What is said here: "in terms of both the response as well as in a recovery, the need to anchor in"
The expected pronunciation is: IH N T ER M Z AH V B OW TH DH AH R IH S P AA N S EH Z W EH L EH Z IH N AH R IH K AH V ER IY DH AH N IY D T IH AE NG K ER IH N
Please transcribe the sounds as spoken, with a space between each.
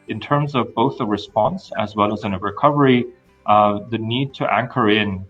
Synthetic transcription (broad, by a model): IH N T ER M Z AH V B OW TH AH R IH S P AA N S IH Z W EH L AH Z IH N AH R IH K AH V ER IY DH AH N IY D T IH AE NG K ER IH N